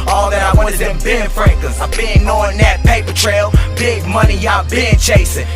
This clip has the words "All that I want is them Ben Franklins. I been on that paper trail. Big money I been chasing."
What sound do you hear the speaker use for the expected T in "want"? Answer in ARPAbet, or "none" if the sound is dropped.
none